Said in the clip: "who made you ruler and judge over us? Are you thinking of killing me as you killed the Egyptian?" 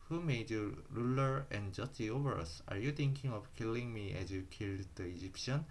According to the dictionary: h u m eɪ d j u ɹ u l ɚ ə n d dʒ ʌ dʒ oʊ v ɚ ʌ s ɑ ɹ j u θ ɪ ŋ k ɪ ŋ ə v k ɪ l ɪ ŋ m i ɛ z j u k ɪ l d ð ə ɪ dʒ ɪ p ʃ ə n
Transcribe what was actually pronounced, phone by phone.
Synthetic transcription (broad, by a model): h u m eɪ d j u ɹ u l ɚ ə n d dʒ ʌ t oʊ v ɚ ʌ s ɑ ɹ j u t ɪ ŋ k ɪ ŋ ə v k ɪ l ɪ ŋ m i ɛ z j u k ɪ l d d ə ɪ dʒ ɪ p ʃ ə n